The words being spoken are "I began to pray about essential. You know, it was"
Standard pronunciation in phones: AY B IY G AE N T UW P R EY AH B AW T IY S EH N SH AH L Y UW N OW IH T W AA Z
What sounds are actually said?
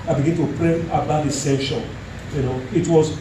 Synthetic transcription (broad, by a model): AY B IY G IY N T UW P R EY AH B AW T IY S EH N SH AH N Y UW N OW IH T W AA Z